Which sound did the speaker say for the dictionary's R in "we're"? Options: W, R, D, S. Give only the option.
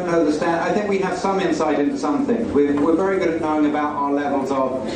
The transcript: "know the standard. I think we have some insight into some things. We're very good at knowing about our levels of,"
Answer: W